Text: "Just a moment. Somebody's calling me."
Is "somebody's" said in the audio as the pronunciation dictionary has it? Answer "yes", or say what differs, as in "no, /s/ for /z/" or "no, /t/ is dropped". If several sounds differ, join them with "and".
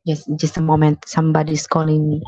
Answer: no, /s/ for /z/